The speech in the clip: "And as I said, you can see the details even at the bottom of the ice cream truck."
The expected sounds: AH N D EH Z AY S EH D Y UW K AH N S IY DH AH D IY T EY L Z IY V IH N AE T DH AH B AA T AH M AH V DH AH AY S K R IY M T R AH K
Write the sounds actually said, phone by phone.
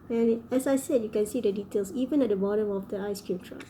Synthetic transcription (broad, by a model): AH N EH S AY S EH D Y UW K AH N S IY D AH D IY T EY L S IY V IH N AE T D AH B AA T AH M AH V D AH AY S K R IY M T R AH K